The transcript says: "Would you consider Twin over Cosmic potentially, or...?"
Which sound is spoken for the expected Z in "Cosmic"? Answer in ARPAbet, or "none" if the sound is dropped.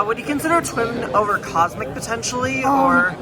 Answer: Z